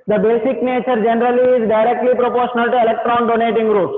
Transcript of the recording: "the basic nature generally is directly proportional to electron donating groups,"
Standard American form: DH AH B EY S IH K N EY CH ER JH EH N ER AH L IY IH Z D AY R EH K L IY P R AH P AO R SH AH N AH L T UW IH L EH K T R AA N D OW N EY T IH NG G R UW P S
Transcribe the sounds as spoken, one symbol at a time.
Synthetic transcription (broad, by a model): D AH B EY S IH K N EY CH ER JH EH N ER AH L IY IH Z D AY R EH K L IY P R AH P AO R SH AH N AH L T UW IH L EH K T R AA N D OW N EY T IH NG G R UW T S